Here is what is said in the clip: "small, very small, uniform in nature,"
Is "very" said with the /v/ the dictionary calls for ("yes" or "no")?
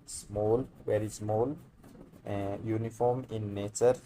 no